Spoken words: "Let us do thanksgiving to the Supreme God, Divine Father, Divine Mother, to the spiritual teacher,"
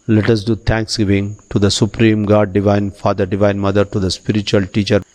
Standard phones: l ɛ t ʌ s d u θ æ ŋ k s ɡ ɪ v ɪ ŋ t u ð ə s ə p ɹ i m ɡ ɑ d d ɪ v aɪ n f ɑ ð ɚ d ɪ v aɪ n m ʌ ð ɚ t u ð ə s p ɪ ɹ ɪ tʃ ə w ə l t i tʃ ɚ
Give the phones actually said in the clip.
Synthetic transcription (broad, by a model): l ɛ t ʌ s d u t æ ŋ k s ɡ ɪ v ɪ ŋ t u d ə s ə p ɹ i m ɡ ɑ d d ɪ v aɪ n f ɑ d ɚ d ɪ v aɪ n m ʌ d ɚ t u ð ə s p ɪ ɹ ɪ tʃ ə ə l t i tʃ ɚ